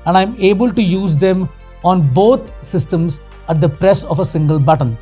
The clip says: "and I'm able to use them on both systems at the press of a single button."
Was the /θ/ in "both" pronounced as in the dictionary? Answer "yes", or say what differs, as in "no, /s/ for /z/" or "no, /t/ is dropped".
no, /t/ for /θ/